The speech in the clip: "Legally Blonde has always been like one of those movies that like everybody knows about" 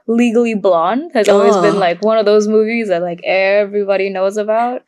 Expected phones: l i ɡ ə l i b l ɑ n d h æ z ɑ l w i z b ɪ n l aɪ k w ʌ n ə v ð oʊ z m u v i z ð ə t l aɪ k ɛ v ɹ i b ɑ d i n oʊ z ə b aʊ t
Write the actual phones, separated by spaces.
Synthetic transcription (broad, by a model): l i ɡ l i b l ɑ n d h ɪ z ɑ l w i z b ɪ n l aɪ k w ʌ n ə v ð oʊ z m u v i z ð ə t l aɪ k ɛ v ɹ i b ɑ d i n oʊ z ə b aʊ t